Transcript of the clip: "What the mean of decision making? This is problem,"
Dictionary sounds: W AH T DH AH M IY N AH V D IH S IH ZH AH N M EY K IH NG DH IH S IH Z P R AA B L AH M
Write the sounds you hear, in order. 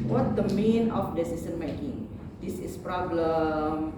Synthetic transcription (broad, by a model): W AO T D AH M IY N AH F D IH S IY S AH N M EY K IH NG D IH S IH S P R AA B L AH M